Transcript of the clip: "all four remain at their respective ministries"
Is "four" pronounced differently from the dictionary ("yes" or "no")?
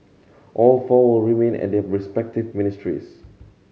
yes